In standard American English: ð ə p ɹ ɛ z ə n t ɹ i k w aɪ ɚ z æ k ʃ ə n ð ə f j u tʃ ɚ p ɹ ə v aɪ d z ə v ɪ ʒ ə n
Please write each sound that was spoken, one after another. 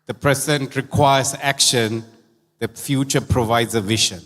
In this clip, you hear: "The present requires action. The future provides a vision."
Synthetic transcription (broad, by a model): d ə p ɹ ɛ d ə n t ɹ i k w aɪ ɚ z æ k ʃ ə n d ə f j u tʃ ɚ p ɹ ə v aɪ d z ə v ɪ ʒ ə n